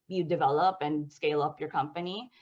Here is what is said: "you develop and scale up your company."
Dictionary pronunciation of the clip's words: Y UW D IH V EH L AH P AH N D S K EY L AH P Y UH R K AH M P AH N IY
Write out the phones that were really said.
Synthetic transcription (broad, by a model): Y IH D IH V EH L AH P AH N S K EY L AH P Y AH R K AH M P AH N IY